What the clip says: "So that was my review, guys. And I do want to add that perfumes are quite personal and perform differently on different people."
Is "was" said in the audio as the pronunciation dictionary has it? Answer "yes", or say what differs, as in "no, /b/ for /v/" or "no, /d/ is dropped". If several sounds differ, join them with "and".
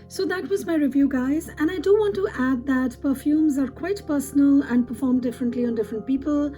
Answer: yes